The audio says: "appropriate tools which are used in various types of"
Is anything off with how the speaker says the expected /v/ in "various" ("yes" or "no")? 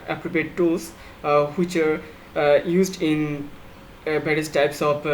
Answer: yes